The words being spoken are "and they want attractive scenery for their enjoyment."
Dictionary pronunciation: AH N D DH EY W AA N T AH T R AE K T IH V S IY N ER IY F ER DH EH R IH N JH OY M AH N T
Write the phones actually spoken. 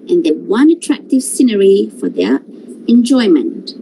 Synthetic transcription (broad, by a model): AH N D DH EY W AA N AH T R AE K T IH V S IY N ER IY F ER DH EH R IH N JH OY M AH N T